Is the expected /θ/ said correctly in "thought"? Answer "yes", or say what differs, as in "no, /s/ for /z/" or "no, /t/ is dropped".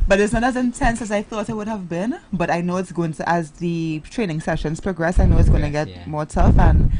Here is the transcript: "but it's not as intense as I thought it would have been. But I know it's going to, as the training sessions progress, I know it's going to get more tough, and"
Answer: yes